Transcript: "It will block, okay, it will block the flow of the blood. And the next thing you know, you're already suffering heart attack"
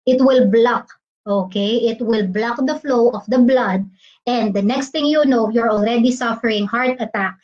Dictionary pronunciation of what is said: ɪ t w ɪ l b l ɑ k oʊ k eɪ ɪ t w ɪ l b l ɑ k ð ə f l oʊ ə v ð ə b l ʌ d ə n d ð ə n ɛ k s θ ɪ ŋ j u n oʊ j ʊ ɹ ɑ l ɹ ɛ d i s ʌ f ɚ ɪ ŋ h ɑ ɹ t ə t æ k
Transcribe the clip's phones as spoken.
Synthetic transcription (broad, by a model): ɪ t w ɪ l b l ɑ k oʊ k eɪ ɪ t w ɪ l b l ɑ k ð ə f l oʊ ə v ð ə b l ʌ d ə n d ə n ɛ k s t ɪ ŋ j u n oʊ j ʊ ɹ ɑ l ɹ ɛ d i s ʌ f ɚ ɪ ŋ h ɑ ɹ t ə t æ k